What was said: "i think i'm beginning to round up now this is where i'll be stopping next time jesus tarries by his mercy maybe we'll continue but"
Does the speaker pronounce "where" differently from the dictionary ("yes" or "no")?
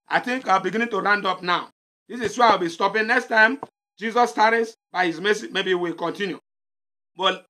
yes